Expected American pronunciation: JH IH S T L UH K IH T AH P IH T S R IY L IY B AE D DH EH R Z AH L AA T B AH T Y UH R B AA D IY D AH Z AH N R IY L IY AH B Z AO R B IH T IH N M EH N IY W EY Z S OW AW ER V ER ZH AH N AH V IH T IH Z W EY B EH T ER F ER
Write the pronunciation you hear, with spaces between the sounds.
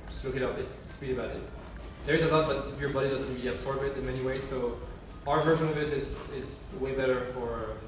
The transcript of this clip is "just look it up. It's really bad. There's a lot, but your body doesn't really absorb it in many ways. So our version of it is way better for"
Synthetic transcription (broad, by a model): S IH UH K IH T AH P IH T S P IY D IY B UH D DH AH R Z AH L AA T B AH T Y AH R B AA D IY D AH Z AH N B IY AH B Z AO R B IH T IH N M EH N IY W EY Z S OW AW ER V ER ZH AH N AH V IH T IH Z W EY B EH T ER F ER